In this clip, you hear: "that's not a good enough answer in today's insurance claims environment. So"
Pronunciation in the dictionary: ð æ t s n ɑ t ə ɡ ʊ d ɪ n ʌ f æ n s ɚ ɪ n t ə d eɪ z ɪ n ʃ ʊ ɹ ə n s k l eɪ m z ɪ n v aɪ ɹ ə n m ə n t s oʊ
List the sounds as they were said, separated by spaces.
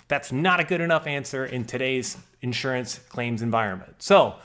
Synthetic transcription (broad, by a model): ð æ t s n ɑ t ə ɡ ʊ d ɪ n ʌ f æ n s ɚ ɪ n t ə d eɪ z ɪ n ʃ ʊ ɹ ə n s k l eɪ m z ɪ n v aɪ ɹ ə n m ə n t s oʊ